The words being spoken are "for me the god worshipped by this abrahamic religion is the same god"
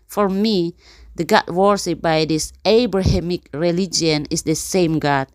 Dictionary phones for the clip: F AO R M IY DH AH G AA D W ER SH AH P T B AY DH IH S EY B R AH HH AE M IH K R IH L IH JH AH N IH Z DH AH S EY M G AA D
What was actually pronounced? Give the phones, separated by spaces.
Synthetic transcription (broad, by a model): F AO R M IY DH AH G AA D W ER S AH T B AY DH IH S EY B R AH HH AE M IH K R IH L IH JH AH N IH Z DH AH S EY M G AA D